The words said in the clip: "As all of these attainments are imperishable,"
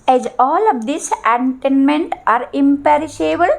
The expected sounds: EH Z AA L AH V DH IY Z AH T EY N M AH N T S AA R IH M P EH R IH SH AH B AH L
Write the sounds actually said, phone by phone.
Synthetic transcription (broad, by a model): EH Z AA L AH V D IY S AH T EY N M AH N T AA R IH M P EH R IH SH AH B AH L